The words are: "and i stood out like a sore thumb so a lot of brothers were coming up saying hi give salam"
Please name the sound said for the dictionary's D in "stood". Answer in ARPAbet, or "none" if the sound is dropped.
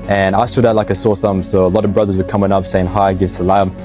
D